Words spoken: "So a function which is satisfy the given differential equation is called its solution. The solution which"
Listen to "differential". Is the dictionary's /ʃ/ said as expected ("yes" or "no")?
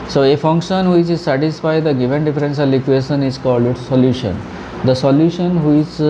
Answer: no